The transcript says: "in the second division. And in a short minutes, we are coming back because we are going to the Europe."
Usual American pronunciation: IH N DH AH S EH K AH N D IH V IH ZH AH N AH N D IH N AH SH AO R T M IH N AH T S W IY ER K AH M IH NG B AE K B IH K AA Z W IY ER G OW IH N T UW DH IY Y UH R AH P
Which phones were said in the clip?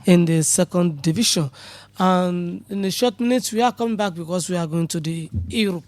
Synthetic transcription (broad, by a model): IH N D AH S EH K AH N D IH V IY SH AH N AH N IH N AH SH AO T M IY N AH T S W IY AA K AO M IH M B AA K B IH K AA S W IY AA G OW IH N T UW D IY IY R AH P